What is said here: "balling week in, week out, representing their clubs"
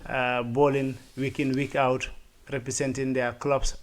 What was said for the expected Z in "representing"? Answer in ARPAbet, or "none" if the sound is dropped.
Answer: S